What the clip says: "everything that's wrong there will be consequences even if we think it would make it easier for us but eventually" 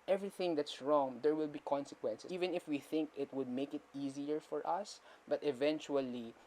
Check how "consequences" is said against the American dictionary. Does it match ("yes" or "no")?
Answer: no